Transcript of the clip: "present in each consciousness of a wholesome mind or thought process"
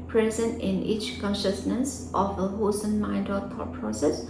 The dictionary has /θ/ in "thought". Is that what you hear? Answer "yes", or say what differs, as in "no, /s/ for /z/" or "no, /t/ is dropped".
no, /t/ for /θ/